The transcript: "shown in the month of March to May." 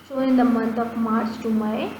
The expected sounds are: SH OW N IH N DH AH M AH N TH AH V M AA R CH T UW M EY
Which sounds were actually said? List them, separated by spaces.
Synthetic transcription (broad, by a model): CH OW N IH N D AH M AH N T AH P M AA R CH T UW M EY